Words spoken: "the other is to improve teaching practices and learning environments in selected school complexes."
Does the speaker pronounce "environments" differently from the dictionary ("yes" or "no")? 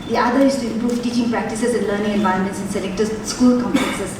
yes